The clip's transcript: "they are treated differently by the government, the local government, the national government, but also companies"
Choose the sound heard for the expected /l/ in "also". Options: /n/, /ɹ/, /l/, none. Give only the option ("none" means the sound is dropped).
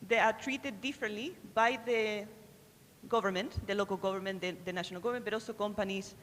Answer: none